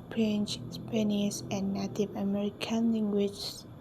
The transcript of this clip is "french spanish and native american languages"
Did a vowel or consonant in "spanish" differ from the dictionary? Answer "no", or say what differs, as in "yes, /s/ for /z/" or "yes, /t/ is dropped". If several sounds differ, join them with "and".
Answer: yes, /s/ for /ʃ/